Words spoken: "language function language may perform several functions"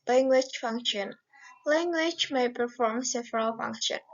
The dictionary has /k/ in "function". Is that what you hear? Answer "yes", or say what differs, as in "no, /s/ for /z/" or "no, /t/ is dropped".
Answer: yes